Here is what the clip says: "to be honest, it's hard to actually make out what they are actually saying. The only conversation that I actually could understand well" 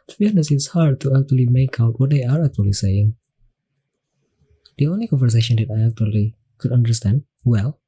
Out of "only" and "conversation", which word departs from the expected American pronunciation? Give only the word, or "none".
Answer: none